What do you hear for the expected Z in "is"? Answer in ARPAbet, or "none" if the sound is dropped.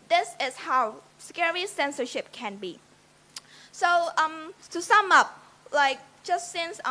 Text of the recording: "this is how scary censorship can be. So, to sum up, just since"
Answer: S